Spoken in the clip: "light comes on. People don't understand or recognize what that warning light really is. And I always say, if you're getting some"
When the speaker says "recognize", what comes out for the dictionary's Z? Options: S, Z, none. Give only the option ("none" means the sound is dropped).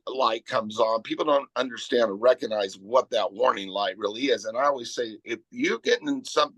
Z